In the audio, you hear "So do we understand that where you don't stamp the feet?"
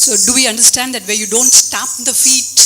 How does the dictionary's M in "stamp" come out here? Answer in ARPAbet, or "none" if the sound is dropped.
none